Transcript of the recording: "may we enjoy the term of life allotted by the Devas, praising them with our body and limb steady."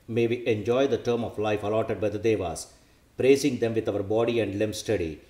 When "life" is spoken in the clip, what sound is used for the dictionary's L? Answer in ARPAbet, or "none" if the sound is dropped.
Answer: L